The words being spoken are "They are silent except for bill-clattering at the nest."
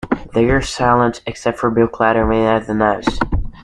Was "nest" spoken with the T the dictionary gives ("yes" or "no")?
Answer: no